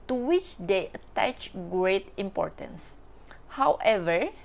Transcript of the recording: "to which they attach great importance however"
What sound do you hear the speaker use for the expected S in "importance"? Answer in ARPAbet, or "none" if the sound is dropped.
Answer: S